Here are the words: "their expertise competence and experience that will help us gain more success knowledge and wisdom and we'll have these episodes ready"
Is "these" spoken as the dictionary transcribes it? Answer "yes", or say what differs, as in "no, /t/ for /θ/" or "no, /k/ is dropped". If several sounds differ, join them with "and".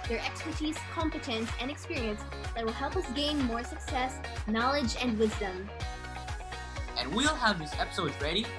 no, /s/ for /z/